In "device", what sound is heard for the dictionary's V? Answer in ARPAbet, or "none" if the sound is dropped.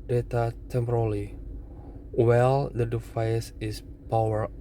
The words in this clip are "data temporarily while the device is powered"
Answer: F